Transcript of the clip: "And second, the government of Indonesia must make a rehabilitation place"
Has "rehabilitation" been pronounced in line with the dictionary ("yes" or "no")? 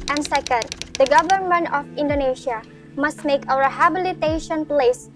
no